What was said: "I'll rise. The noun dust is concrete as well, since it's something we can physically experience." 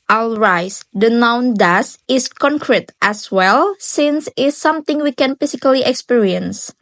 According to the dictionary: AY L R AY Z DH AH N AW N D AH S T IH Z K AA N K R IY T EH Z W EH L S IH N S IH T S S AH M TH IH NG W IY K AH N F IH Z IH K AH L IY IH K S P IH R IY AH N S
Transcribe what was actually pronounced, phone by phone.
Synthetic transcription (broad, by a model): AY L R AY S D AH N AW N D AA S IH S K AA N K R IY T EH S W EH L S IH N S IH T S S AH M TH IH NG W IY K AH N F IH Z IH K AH L IY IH K S P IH R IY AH N S